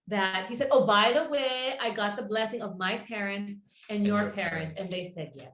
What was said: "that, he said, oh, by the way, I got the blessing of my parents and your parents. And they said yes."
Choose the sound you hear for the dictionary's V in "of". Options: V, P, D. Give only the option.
V